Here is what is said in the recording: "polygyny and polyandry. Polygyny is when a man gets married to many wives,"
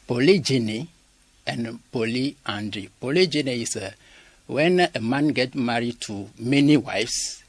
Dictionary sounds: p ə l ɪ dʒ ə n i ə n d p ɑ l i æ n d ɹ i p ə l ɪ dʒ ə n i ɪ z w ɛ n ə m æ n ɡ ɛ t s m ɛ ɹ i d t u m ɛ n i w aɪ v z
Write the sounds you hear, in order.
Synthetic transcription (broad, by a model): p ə l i dʒ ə n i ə n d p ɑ l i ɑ n d ɹ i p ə l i dʒ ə n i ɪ s w ɛ n ə m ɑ n ɡ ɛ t m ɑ ɹ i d t u m ɛ n i w aɪ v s